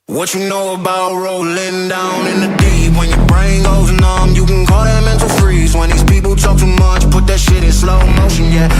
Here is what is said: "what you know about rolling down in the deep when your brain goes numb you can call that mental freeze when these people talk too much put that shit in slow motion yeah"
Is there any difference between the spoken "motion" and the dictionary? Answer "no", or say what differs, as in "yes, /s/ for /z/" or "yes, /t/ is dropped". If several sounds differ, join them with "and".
no